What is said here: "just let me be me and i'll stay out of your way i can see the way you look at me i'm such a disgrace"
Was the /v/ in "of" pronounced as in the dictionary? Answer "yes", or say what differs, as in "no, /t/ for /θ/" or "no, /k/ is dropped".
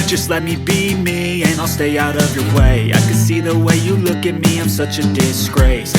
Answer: yes